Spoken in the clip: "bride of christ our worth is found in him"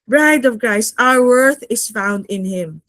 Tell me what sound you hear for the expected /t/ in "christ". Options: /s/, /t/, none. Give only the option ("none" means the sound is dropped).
none